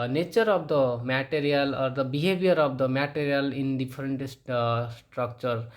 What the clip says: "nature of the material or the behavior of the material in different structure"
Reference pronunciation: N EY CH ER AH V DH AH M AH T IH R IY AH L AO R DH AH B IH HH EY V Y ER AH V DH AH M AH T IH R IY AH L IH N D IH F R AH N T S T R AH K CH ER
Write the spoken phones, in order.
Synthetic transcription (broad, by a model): N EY CH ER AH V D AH M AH T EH R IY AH L AO R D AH B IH HH EY B Y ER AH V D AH M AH T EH R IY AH L IH N D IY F R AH N T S T R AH K CH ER